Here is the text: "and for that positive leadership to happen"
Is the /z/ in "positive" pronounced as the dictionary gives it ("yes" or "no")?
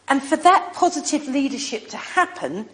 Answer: yes